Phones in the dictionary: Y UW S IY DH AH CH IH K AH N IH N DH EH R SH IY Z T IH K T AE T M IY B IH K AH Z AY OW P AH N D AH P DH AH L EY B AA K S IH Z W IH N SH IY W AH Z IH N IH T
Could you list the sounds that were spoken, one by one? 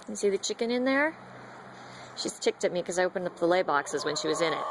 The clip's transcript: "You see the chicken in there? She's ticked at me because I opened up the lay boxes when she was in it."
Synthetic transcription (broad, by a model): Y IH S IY DH AH CH IH K AH N IH N DH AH R SH IY Z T IH K T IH T M IY K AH Z AY OW P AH N AH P DH AH L EY B AA K S IH Z W IH N SH IY W AH Z IH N IH T